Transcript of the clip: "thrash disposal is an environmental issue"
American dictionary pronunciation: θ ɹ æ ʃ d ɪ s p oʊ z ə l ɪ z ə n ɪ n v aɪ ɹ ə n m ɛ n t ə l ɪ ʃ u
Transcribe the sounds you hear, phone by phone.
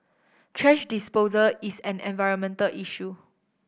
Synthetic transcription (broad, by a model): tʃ ɹ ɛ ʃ d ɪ s p oʊ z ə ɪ s ə n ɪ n v aɪ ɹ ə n m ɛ n t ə l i ʃ u